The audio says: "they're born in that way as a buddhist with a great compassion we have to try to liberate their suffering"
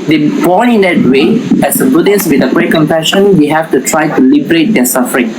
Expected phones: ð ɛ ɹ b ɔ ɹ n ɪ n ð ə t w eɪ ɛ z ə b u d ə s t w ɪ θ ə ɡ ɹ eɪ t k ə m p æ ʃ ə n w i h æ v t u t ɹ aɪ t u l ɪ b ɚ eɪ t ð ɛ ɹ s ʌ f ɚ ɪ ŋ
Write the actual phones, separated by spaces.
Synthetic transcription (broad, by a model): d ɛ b ɔ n ɪ n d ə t w eɪ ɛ s ə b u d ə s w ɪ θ ə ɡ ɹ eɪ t k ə m p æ ʃ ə n w i h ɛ f t u t ɹ aɪ t u l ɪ b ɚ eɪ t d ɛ s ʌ f ɚ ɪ ŋ